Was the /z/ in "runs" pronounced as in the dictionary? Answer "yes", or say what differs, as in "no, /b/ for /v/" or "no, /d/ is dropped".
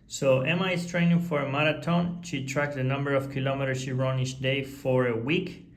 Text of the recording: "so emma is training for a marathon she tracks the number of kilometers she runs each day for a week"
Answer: no, /z/ is dropped